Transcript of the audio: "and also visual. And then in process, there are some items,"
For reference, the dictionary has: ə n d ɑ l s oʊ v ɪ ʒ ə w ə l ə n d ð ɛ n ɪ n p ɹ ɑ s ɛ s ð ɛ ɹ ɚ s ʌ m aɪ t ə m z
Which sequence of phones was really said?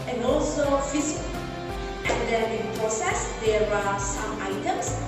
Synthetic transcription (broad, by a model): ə n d ɑ l s oʊ f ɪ s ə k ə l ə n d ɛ ɪ n p ɹ ɑ s ɛ s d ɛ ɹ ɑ s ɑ m aɪ t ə m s